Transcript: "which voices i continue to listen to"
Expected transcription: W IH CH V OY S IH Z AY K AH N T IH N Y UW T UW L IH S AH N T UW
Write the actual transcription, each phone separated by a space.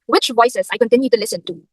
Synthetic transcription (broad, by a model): W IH CH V OY S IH S AY K AH N T IH N Y UW T UW L IH S AH N T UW